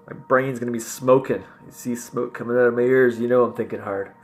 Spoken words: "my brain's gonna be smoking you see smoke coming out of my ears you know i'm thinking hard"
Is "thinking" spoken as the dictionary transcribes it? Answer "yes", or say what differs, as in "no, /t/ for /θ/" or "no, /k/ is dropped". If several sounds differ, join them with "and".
yes